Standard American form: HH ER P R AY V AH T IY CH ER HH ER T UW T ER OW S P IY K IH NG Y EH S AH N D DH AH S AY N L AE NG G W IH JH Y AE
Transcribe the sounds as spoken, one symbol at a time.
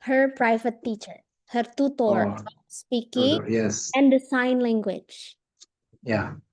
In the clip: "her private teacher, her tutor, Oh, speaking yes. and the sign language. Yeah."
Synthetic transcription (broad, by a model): HH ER P R AY V AH T IY CH ER HH ER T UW T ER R S P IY K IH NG Y EH S AH N D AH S AY N L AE NG G W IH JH Y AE